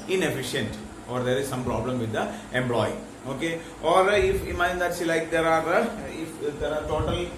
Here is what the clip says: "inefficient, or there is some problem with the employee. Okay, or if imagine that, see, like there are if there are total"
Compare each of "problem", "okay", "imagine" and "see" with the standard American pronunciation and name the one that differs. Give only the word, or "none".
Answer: imagine